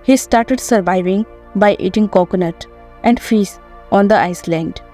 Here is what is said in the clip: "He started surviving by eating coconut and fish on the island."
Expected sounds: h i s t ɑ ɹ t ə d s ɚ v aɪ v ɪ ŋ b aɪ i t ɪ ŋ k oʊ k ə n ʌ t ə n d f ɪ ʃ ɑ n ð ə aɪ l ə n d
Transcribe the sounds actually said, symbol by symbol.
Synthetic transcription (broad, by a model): h i s t ɑ ɹ t ə d s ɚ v aɪ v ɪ ŋ b aɪ i t ɪ ŋ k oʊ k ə n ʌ t ə n d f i s ɑ n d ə aɪ l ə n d